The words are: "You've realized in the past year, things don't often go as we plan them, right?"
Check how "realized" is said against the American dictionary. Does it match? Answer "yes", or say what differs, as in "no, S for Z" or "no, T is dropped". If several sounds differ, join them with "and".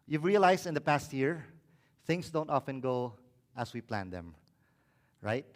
no, S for Z